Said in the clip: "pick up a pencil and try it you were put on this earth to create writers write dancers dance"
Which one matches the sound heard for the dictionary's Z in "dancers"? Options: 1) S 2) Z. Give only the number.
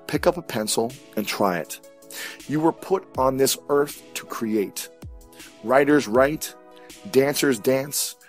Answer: 2